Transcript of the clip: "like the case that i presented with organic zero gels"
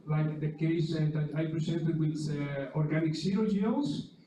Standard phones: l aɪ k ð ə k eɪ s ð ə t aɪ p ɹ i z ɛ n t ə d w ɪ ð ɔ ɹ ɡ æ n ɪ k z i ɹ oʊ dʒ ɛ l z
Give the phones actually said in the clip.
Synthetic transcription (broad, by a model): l aɪ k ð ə k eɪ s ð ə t aɪ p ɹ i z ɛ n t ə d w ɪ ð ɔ ɹ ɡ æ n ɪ k s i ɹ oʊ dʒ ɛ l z